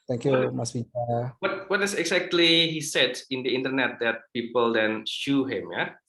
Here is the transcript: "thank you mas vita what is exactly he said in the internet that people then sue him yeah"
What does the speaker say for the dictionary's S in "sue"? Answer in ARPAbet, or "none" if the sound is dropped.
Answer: SH